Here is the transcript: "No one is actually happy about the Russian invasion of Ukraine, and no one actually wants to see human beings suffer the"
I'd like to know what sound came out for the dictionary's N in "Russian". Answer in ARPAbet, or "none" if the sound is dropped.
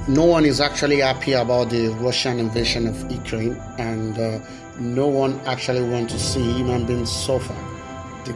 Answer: N